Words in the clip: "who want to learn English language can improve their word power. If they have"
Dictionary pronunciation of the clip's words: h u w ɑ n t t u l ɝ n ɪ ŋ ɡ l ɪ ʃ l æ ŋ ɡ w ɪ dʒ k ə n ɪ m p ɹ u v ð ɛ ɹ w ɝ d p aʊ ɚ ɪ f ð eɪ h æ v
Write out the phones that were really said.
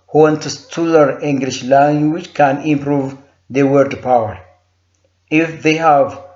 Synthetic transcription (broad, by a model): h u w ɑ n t t u l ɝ ɪ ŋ ɡ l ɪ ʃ l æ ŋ ɡ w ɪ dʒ k ə n ɪ m p ɹ u v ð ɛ w ɝ d p aʊ ɚ ɪ f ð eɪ h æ v